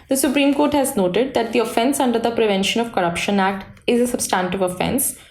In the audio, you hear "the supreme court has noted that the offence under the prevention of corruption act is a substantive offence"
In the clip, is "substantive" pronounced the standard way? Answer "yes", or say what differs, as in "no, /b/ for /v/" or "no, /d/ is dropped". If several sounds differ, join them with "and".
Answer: yes